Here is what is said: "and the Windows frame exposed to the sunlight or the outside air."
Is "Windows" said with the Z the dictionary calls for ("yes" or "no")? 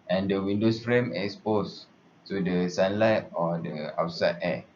no